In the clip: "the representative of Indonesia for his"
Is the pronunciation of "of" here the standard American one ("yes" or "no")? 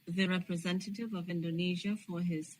yes